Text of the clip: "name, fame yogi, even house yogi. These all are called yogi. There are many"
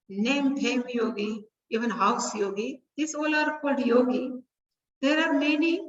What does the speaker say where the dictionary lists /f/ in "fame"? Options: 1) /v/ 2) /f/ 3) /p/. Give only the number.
3